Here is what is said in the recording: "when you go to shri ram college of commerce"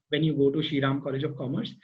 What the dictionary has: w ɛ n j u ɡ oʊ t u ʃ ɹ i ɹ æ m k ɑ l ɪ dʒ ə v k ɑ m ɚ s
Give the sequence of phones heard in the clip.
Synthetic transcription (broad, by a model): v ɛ n j u ɡ oʊ t u ʃ i ɹ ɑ m k ɑ l ɪ dʒ ə v k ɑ m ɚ s